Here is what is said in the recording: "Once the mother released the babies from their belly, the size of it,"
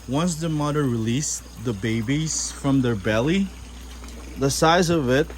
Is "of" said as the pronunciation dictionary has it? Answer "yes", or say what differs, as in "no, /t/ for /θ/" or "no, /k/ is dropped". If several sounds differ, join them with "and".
yes